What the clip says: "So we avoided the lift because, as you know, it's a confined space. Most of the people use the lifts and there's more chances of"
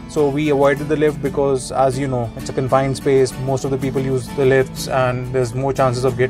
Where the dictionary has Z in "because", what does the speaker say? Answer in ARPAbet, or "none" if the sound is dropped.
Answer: Z